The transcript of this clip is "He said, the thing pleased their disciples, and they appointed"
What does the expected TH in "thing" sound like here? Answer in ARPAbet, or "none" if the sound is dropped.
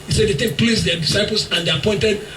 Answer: T